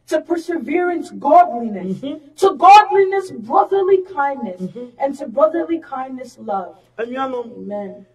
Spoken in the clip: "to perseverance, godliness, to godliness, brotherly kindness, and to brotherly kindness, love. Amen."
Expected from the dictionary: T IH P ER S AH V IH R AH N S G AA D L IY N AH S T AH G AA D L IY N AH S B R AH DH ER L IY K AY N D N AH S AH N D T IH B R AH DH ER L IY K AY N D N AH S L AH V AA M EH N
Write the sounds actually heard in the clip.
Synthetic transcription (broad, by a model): T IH P ER S AH V IH R AH N S G AA D L IY N AH S T AH G AA D L IY N AH S B R AH DH ER L IY K AY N N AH S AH N T IH B R AH DH ER L IY K AY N N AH S L AH V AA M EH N